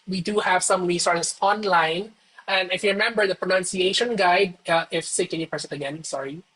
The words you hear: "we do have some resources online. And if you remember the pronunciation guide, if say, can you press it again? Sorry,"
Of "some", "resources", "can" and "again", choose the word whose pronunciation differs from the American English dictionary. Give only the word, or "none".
resources